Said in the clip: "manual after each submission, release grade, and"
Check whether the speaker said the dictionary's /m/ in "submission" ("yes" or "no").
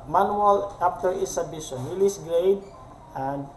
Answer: no